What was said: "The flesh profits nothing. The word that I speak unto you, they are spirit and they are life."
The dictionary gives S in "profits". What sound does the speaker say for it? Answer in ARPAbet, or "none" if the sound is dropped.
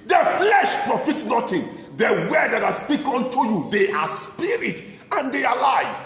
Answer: S